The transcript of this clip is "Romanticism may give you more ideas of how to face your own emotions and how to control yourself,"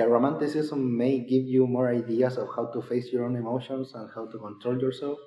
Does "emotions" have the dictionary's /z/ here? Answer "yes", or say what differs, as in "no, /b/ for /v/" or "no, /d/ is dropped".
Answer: no, /s/ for /z/